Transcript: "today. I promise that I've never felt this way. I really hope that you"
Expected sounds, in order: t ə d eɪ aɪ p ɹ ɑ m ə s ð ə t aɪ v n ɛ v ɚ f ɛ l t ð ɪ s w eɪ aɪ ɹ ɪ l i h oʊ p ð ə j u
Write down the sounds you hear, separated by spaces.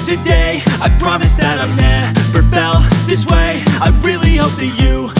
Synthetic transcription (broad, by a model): t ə d eɪ aɪ p ɹ ɑ m ə s ð ə t aɪ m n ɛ p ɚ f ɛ l ð ɪ s w eɪ aɪ ɹ ɪ l i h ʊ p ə j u